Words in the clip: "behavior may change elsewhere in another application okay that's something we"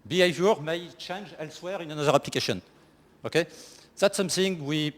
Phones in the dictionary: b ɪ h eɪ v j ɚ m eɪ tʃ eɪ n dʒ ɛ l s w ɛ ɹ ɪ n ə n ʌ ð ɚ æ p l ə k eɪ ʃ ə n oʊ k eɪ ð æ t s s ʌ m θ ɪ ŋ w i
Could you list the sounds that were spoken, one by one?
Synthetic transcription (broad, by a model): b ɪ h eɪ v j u m eɪ tʃ eɪ n dʒ ɛ l s w ɛ ɹ ɪ n ə n ʌ ð ɚ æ p l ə k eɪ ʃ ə n oʊ k eɪ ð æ t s s ʌ m θ ɪ ŋ w i